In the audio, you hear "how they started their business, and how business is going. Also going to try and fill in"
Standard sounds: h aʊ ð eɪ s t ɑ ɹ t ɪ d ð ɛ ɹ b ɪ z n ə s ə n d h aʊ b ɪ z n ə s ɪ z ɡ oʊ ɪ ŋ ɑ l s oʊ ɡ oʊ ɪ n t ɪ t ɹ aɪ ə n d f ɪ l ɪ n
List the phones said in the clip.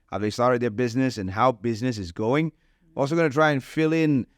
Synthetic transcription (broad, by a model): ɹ ð eɪ s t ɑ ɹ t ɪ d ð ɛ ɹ b ɪ z n ə s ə n h aʊ b ɪ z n ə s ɪ z ɡ oʊ ɪ ŋ ɑ l s oʊ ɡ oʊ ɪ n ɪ t ɹ aɪ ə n f ɪ l ɪ n